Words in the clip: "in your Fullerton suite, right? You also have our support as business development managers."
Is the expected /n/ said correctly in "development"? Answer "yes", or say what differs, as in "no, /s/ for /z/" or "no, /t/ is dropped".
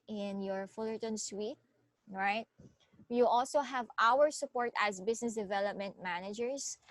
yes